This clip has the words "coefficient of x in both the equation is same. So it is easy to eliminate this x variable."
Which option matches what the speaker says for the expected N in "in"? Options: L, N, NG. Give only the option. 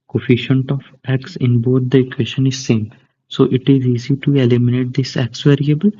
N